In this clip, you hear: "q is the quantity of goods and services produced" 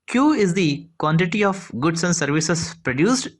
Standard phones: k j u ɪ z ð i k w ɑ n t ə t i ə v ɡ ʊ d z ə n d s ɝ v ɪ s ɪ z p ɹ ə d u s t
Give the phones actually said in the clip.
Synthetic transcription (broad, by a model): k j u ɪ z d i k w ɑ n t ə t i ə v ɡ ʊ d s ə n d s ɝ v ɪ s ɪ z p ɹ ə d u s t